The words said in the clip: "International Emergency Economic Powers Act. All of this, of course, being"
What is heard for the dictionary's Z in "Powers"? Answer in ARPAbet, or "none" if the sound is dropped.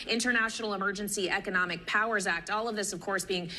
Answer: Z